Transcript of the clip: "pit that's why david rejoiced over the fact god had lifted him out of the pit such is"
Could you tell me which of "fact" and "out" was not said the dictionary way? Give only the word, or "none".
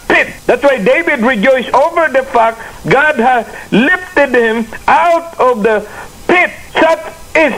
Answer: none